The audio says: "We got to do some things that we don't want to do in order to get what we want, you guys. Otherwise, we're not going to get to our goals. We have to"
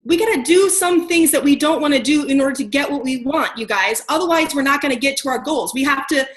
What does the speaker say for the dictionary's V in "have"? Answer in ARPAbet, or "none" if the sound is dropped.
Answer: F